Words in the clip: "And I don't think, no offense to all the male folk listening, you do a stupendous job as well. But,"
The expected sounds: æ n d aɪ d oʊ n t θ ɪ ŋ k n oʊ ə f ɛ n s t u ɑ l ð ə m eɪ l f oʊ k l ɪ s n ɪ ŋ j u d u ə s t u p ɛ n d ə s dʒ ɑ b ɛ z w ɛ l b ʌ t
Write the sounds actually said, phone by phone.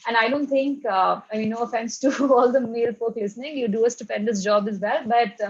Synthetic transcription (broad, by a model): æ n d aɪ d oʊ n t t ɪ ŋ k n oʊ ə f ɛ n s t u ɑ l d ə m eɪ l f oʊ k l ɪ s n ɪ ŋ j u d u ə s t u p ɛ n d ə s dʒ ɑ b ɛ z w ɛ l b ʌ t